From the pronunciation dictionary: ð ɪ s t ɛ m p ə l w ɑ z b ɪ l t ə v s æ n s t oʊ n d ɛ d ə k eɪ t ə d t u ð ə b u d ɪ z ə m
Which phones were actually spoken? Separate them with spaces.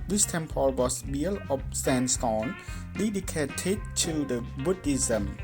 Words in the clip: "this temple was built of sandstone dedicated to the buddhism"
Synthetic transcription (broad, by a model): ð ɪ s t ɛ m p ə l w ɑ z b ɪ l ə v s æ n s t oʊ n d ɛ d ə k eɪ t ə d t u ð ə b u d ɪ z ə m